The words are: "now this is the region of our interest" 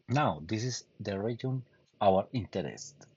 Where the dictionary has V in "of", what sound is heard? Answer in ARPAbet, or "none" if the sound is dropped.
W